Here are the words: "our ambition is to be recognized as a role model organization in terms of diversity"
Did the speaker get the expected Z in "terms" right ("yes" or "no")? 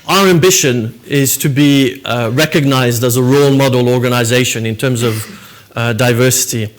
yes